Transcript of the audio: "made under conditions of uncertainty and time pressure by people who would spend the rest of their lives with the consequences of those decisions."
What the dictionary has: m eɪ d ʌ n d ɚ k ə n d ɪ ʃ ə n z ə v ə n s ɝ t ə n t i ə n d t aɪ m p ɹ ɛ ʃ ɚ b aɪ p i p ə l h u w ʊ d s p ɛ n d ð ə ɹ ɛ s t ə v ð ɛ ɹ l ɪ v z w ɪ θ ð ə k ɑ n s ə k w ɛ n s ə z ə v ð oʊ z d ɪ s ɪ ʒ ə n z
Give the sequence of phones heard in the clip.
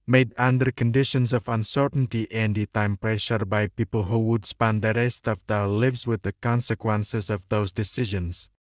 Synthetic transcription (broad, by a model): m eɪ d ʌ n d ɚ k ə n d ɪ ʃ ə n s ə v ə n s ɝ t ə n t i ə n d t aɪ m p ɹ ɛ ʃ ɚ b aɪ p i p ə l h u w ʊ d s p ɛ n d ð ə ɹ ɛ s t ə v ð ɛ l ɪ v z w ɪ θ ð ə k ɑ n s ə k w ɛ n s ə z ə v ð oʊ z d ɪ s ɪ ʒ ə n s